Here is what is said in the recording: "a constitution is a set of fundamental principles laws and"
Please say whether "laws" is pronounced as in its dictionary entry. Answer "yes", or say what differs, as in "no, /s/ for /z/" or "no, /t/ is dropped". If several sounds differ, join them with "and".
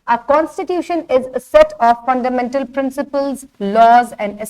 yes